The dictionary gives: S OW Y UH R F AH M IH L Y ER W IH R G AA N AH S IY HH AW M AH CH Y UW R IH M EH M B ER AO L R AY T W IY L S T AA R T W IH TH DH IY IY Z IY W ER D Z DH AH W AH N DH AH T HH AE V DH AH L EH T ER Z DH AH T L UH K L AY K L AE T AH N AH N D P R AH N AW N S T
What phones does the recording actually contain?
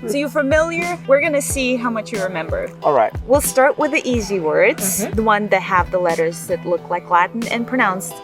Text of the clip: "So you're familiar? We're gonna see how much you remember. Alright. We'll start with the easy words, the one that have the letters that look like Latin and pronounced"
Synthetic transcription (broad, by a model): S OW Y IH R F AH M IH L Y ER W IH R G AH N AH S IY HH AW M AH CH Y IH R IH M EH M B ER AO L R AY T W IY L S T AA R T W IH DH IY IY Z IY W ER D Z DH AH W AH N DH AH T HH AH V DH AH L EH T ER Z DH AH T L UH K L AY K L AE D N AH N P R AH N AW N S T